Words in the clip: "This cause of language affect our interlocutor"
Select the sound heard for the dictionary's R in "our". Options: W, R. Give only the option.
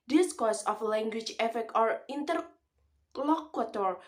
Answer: R